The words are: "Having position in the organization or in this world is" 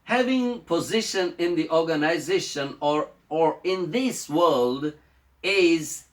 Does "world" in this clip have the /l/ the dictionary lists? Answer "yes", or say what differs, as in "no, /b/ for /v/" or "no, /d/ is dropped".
yes